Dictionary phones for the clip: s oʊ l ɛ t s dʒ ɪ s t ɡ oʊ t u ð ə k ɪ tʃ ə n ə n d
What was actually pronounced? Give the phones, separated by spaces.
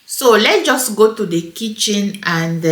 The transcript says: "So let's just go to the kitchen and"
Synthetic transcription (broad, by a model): s oʊ l ɛ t dʒ ɪ s t ɡ oʊ t u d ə k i tʃ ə n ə n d